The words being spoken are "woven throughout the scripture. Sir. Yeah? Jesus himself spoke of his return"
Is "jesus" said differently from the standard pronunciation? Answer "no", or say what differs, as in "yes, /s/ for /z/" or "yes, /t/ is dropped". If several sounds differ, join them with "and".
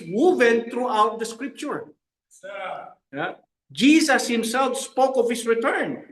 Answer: yes, /s/ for /z/